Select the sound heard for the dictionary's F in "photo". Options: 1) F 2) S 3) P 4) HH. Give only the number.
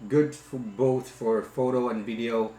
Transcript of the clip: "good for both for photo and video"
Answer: 1